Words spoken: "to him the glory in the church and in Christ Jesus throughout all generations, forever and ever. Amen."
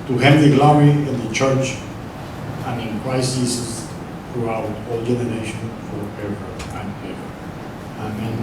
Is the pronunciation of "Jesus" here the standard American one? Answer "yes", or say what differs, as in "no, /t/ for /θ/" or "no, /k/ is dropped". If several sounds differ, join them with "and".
no, /s/ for /z/